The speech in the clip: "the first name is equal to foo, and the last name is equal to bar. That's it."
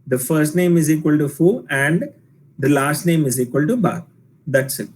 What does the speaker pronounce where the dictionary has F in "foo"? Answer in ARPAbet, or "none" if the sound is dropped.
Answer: F